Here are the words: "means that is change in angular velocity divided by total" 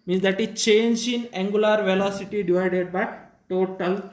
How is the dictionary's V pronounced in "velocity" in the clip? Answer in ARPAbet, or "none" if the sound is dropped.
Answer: V